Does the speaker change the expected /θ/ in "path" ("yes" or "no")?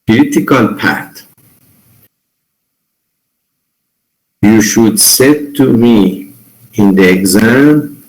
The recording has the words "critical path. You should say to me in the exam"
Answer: yes